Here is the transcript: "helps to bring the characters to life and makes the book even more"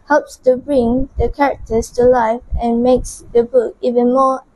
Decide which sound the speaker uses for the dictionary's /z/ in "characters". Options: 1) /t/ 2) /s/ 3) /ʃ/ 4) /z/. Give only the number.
2